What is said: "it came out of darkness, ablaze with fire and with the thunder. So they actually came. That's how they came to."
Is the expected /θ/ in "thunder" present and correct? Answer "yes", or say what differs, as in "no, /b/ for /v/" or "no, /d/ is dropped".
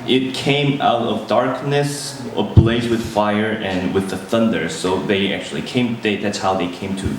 yes